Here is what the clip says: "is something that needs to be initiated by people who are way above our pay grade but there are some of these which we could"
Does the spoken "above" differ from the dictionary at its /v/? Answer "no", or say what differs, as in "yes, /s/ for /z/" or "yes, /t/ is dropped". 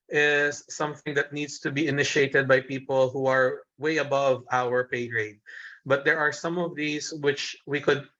no